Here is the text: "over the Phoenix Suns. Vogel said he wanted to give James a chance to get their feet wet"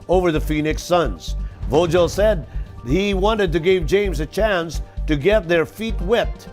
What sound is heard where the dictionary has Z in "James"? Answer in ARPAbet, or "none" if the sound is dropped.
Z